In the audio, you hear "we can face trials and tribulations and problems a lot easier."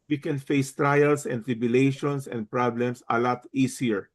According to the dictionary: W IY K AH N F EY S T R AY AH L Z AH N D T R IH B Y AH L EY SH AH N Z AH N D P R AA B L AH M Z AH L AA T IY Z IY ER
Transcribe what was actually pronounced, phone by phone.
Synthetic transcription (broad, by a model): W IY K AH N F EY S T R AY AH L S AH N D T R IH B Y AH L EY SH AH N S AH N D P R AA B L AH M S AH L AA T IY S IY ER